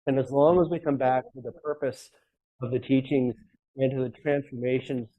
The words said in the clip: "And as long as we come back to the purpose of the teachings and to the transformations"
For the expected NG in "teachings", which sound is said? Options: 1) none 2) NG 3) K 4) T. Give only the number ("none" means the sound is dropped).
2